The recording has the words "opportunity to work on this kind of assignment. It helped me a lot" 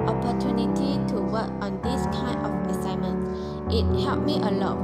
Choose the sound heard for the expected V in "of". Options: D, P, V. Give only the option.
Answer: P